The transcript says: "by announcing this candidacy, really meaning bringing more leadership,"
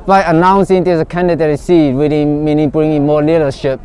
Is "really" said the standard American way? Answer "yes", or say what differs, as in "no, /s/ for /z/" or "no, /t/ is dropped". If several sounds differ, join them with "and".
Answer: no, /w/ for /ɹ/